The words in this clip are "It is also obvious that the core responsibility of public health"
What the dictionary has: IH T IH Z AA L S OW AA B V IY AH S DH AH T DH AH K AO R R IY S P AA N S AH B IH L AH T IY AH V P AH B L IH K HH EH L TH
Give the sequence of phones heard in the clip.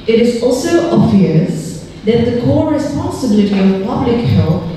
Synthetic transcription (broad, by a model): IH T IH Z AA L S OW AA B V IY AH S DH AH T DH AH K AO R R IY S P AA N S AH B IH L AH T IY AH V P AH B L IH K HH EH L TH